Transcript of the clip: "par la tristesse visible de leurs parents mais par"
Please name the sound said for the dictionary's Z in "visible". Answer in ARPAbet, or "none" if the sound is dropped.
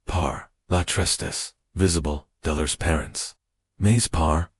Z